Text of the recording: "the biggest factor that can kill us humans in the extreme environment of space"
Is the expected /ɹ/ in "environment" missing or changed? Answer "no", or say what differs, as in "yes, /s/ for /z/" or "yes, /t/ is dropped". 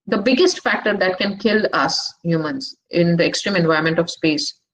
yes, /ɹ/ is dropped